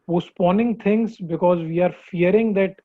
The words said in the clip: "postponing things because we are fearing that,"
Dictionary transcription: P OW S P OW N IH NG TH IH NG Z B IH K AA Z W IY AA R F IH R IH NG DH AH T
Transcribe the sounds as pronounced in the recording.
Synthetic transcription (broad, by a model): P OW S P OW N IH NG T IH NG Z B IH K AA Z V IY AA R F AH R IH NG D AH T